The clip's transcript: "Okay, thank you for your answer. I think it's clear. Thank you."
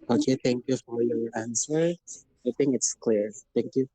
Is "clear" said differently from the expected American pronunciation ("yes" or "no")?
no